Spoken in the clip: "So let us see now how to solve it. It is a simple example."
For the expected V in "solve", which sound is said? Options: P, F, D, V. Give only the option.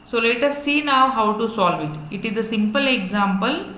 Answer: V